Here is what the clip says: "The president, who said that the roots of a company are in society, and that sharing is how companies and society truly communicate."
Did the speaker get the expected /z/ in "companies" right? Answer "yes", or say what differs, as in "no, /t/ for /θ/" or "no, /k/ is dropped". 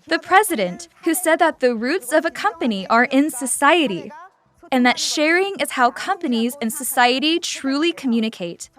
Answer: yes